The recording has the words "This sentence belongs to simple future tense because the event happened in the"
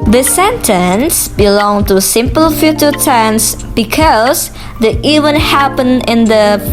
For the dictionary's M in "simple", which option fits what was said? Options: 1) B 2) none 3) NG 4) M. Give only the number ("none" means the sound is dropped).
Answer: 4